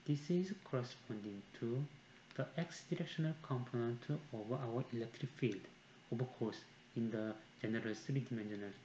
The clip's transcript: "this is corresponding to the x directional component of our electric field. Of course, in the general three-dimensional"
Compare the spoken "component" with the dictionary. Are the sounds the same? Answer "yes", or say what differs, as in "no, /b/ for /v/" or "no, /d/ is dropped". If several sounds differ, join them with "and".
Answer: yes